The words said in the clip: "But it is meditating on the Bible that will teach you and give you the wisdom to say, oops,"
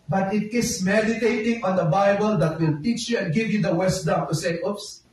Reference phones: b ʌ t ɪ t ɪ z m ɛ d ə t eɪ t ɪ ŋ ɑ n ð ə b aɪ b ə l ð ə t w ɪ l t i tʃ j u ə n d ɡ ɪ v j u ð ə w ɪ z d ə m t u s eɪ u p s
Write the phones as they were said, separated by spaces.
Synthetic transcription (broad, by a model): b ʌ t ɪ t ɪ s m ɛ d ə t eɪ t ɪ ŋ ɑ n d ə b aɪ b ə l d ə t w ɪ l t i tʃ j u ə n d ɡ ɪ v j u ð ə w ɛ s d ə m t u s eɪ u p s